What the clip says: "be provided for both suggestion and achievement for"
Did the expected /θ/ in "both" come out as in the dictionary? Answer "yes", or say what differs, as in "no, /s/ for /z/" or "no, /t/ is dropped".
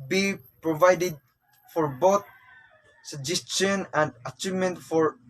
no, /t/ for /θ/